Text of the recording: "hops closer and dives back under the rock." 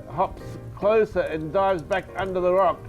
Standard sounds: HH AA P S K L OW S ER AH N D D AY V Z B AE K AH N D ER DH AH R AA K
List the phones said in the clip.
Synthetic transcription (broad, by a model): HH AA P S K L OW S ER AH N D D AY V Z B AE K AH N D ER DH AH R AA K